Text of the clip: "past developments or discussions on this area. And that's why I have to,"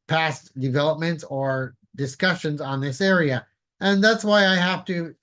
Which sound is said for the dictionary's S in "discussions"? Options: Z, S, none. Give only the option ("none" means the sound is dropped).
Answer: S